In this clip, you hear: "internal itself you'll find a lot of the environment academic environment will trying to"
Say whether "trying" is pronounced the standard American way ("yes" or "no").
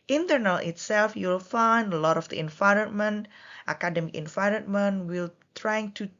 yes